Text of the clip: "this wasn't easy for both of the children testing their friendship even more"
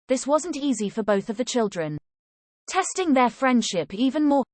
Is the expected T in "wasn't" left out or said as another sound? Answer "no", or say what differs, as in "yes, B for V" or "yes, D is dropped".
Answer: no